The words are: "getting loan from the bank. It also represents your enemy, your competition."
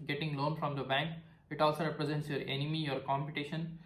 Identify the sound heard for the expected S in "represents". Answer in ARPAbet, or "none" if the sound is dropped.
S